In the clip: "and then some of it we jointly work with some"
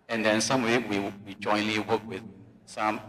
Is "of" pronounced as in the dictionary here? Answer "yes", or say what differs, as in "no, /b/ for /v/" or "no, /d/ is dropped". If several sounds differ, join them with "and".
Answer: no, /w/ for /v/